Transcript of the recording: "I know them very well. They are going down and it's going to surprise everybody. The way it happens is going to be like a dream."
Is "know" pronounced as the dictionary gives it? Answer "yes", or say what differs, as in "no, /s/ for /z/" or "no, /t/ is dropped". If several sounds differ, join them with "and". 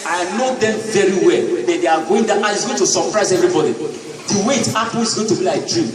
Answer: yes